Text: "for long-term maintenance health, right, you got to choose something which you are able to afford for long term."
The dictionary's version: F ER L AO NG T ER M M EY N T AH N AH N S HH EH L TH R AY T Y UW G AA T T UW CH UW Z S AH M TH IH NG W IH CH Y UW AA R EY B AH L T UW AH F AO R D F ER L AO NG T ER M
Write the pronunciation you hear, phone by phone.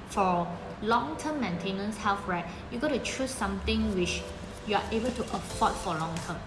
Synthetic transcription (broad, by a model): F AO L AO NG T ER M M EY N T AH N AH N S HH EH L F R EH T Y UW G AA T T UW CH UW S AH M T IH NG W IH CH Y UW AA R EY B AH L T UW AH P AO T F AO L AO NG T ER M